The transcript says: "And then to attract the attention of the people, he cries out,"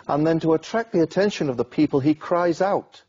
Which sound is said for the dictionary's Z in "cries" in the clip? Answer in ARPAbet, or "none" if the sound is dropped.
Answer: Z